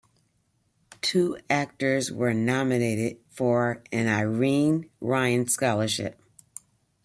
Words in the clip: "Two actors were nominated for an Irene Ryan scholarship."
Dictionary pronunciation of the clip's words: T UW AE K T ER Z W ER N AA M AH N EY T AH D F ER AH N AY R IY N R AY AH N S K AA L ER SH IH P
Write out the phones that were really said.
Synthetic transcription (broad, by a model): T UW AE K T ER Z W ER N AA M AH N EY T AH D F ER AH N AY R IY N R AY AH N S K AA L ER SH IH P